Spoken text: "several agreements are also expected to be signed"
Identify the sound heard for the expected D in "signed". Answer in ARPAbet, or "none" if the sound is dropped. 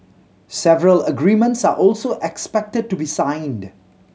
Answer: D